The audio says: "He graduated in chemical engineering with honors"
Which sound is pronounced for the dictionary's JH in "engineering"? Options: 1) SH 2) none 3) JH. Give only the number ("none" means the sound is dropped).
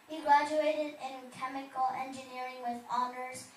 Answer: 3